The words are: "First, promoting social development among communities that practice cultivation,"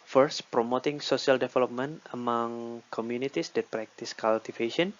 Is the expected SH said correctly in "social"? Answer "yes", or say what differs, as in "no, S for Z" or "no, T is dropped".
no, S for SH